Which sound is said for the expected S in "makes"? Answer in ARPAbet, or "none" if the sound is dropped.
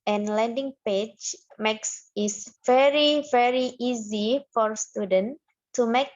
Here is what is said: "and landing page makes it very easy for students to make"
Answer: S